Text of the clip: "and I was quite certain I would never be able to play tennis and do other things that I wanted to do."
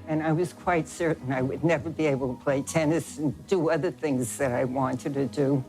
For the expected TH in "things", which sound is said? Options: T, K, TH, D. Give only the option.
TH